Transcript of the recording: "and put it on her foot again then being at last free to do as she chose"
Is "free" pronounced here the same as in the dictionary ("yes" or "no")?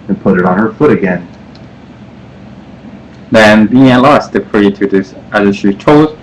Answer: no